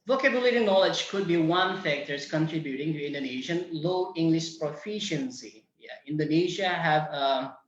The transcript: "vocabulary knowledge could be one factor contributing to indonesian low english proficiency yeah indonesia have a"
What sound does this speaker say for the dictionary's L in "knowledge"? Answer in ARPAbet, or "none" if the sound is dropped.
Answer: L